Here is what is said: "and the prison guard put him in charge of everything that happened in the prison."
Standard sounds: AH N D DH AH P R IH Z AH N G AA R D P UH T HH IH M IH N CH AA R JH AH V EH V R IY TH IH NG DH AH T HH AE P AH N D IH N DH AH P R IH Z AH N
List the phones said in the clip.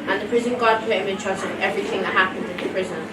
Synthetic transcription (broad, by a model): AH N DH AH P R IH Z AH N G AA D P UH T HH IH M IH N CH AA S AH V EH V R IY TH IH NG DH AH T HH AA P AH N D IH DH AH P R IH Z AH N